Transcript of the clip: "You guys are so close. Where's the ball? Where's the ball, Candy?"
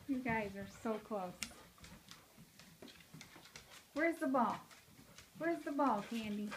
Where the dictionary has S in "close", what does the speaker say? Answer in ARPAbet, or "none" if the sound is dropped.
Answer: S